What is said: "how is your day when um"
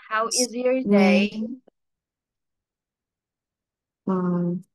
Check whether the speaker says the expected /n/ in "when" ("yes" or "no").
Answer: no